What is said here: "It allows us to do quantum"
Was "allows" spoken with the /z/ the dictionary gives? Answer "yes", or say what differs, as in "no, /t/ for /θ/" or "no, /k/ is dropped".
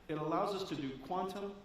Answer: yes